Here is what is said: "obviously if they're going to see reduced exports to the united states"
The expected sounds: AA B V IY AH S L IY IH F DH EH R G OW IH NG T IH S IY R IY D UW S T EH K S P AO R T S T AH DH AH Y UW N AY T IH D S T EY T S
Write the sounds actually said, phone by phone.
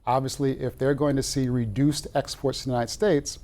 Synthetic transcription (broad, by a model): AA B V IY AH S L IY IH F DH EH R G OW IH NG T IH S IY R IY D UW S T EH K S P AO R T S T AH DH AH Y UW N AY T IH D S T EY T S